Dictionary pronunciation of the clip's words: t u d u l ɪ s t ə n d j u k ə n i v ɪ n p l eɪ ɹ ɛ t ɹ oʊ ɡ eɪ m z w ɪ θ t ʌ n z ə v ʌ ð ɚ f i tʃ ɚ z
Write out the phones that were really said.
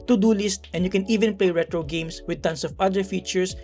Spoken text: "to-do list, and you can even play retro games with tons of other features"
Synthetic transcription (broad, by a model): t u d u l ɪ s t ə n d j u k ə n i v ɪ n p l eɪ ɹ ɛ t ɹ oʊ ɡ eɪ m s w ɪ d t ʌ n s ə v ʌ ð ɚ f i tʃ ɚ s